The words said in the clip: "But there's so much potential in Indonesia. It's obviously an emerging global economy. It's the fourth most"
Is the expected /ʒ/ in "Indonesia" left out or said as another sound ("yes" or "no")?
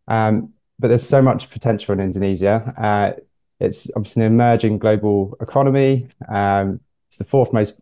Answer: yes